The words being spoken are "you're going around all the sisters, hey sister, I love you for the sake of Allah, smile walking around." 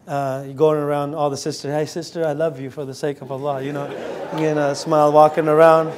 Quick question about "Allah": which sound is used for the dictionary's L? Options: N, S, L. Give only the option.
N